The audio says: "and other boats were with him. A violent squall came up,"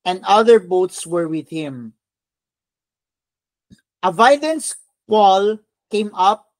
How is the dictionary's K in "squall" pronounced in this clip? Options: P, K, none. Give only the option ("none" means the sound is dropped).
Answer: none